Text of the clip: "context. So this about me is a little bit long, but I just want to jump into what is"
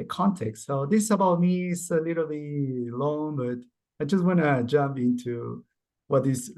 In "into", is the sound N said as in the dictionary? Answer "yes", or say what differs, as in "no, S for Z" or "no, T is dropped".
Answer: yes